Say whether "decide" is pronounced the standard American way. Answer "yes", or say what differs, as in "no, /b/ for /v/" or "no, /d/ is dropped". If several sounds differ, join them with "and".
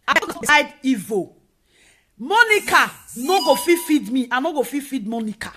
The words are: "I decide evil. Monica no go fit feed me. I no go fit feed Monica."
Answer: no, /s/ is dropped